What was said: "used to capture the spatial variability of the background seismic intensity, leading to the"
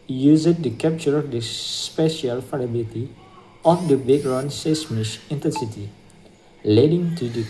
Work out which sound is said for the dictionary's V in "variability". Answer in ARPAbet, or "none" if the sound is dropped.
F